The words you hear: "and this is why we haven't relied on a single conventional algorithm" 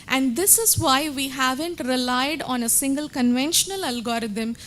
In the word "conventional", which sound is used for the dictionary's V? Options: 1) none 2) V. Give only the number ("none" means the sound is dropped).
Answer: 2